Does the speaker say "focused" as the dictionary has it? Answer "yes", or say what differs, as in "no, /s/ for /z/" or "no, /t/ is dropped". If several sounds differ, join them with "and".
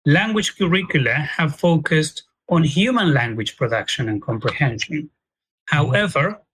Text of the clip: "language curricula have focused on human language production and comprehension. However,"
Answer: yes